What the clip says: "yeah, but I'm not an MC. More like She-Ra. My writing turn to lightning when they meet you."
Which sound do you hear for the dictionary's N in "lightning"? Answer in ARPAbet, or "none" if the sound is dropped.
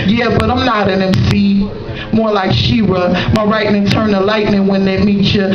N